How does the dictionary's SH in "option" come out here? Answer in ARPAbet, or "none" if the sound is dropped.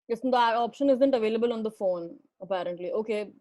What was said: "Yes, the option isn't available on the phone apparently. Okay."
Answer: SH